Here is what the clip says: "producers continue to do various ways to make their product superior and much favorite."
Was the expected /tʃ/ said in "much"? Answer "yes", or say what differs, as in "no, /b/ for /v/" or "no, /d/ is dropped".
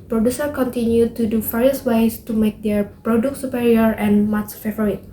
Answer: no, /s/ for /tʃ/